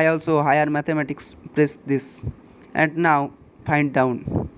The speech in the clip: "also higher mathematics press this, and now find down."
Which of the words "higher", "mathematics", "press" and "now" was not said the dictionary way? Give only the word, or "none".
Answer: mathematics